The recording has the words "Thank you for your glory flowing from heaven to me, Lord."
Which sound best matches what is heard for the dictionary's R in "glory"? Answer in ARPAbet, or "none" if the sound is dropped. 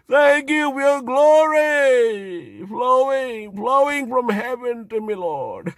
none